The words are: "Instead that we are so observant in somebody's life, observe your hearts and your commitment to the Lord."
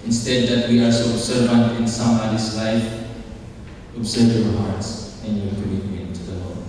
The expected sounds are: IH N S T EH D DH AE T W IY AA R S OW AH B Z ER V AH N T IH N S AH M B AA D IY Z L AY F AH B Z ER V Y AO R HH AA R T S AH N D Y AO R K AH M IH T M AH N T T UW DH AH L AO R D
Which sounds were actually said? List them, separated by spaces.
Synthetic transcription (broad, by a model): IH N S T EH D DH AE T W IY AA L S OW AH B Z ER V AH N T IH N S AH M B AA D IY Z L AY F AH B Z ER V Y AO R HH AA R T S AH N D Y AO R K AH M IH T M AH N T T UW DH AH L AO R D